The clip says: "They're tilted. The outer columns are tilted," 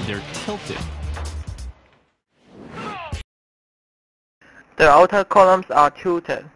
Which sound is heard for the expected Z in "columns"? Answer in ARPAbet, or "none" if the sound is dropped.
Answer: S